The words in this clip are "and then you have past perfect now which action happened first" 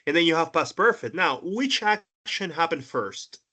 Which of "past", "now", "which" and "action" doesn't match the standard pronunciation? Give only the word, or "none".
past